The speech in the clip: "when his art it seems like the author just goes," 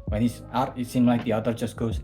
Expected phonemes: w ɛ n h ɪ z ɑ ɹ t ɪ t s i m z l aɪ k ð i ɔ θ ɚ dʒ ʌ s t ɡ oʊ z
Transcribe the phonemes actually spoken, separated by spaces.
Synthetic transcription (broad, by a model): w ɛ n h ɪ s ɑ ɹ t ɪ t s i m l aɪ k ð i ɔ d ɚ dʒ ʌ s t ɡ oʊ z